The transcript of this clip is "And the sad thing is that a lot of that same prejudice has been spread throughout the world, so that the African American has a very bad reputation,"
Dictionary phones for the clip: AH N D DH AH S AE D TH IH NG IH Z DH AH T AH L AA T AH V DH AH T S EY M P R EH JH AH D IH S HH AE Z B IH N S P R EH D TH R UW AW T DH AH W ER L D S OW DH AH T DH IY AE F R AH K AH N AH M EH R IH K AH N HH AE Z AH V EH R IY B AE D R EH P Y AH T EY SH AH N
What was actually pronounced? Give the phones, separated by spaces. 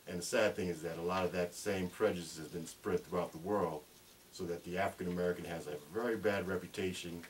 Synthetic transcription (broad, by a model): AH N DH AH S AE D TH IH NG IH Z DH AH T AH L AA T AH V DH AH T S EY M P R EH JH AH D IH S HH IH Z B IH N S P R EH D TH R UW AW T DH AH W ER L D S OW DH AH T DH IY AE F R AH K AH N AH M EH R IH K AH N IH Z AH V EH R IY B AE D R EH P Y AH T EY SH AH N